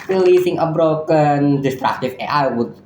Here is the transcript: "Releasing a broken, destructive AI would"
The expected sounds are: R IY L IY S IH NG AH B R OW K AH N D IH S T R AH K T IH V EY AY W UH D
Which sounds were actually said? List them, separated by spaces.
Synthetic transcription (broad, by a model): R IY L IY S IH NG AH B R OW K AH N D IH S T R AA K T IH F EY AY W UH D